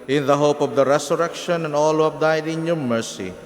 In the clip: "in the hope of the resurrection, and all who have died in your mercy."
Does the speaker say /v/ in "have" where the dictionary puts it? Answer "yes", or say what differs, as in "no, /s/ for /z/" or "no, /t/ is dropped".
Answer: no, /p/ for /v/